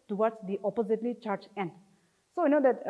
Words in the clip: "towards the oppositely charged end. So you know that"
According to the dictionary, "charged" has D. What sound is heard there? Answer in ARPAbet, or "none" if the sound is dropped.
none